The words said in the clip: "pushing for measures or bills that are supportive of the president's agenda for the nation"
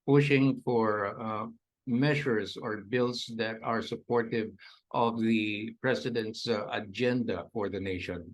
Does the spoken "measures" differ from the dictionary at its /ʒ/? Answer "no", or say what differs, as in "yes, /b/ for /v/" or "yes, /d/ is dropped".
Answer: yes, /ʃ/ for /ʒ/